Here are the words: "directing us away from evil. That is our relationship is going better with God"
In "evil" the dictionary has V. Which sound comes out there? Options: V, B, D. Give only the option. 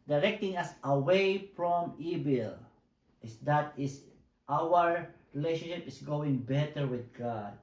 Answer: B